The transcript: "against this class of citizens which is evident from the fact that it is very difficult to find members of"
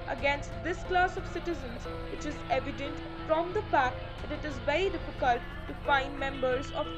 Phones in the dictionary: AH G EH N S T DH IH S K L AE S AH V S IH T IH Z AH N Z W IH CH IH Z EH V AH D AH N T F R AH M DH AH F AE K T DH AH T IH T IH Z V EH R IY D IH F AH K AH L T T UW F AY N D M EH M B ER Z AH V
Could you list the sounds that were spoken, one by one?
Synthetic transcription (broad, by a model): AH G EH N S T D IH S K L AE S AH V S IH T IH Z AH N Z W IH CH IH Z EH V AH D AH N T F R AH M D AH P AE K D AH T IH T IH Z V EH R IY D IH F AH K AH L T T UW F AY N D M EH M B ER Z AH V